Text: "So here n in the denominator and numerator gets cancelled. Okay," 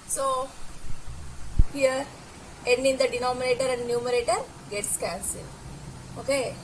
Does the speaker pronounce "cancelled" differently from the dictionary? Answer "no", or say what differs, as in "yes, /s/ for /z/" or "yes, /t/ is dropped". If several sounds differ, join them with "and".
yes, /d/ is dropped